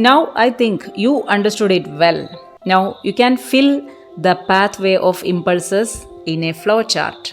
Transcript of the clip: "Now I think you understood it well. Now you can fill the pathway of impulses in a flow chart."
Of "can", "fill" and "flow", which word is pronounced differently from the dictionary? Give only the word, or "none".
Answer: none